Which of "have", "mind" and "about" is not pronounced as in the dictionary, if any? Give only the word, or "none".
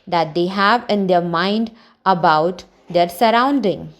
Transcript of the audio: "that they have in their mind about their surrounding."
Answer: none